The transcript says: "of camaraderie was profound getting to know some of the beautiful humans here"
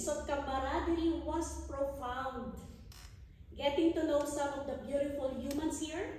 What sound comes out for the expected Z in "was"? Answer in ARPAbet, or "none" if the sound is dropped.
S